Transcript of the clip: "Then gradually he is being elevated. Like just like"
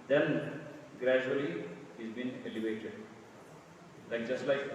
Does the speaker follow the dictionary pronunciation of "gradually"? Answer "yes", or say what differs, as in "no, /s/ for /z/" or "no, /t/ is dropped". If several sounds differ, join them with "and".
no, /l/ is dropped